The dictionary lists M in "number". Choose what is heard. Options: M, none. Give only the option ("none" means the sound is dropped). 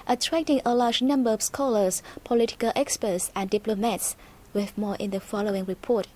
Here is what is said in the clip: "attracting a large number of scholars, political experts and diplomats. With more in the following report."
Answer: M